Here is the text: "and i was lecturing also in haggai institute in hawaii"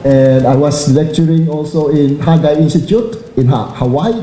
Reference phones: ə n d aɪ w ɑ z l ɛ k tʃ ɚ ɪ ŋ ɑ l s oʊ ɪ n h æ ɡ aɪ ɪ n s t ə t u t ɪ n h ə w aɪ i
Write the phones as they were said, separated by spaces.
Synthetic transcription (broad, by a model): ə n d aɪ w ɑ s l ɛ k tʃ ɚ ɪ ŋ ɑ l s oʊ ɪ n h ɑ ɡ aɪ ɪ n s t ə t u t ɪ n h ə w aɪ